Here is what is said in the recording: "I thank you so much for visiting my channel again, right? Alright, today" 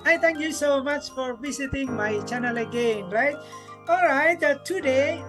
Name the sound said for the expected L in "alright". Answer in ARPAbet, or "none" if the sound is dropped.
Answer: L